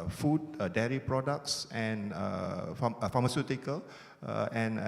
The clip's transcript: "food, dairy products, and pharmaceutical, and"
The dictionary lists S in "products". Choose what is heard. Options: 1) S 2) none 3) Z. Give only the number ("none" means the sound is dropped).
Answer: 1